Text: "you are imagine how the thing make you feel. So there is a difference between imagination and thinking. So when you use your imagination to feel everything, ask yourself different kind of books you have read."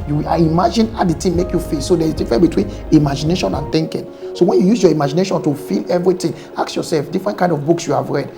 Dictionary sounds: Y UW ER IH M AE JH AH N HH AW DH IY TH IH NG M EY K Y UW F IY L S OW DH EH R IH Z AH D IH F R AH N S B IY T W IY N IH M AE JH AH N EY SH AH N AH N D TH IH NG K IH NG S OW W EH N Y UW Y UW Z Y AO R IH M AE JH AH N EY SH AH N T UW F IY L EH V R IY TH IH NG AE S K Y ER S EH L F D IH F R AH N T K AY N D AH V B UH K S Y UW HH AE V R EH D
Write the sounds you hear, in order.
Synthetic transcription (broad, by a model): Y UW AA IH M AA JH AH N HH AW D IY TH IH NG M EY K Y UW F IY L S OW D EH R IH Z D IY F R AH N B IY T W IY N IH M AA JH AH N EY SH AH N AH N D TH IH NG K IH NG S OW W EH N Y UW Y UW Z Y AO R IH M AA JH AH N EY SH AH N T UW F IY L EH V R IY T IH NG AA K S Y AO S EH L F D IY F R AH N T K AY N D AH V B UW K S Y UW HH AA V R EH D